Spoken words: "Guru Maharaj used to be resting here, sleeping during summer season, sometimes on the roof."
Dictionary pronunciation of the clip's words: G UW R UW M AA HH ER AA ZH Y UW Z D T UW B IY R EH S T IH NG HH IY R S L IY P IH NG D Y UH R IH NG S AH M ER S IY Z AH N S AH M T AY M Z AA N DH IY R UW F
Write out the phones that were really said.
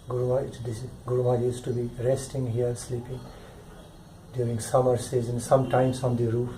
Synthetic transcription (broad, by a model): G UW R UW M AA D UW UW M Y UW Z T UW B IY R EH S T IH NG HH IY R S L IY P IH NG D Y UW R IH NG S AH M ER S IY Z AH N S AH M T AY M S AA N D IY R UW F